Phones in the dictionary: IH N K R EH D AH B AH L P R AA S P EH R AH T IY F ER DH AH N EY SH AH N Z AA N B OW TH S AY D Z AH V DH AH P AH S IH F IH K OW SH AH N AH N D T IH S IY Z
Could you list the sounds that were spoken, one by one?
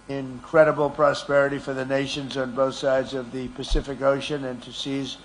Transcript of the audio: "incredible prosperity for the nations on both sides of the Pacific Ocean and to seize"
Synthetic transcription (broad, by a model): IH N K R EH D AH B L P R AA S P EH R AH T IY F ER DH AH N EY SH AH N Z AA N B OW TH S AY D Z AH V DH AH P AH S IH F IH K OW SH AH N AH N T IH S IY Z